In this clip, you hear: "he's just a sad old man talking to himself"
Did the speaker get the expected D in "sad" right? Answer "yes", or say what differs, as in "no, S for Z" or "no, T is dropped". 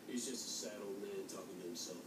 yes